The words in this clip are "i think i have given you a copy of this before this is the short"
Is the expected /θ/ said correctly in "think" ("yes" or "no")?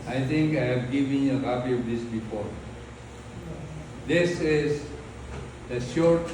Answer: no